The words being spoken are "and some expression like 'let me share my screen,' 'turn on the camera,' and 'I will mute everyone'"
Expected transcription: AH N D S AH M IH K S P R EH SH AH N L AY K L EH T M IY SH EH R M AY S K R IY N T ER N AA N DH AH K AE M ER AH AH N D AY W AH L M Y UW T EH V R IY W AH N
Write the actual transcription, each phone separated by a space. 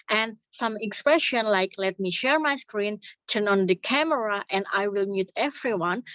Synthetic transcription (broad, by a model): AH N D S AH M IH K S P R EH SH AH N L AY K L EH T M IY SH EH R M AY S K R IY N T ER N AA N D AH K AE M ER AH AH N D AY W AH L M Y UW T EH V R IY W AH N